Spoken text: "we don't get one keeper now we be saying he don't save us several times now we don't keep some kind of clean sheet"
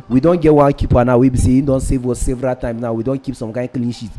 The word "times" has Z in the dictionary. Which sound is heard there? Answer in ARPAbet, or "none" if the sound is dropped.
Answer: none